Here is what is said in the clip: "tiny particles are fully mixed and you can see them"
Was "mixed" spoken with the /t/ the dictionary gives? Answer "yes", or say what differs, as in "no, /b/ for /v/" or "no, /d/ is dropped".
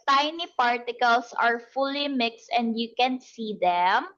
yes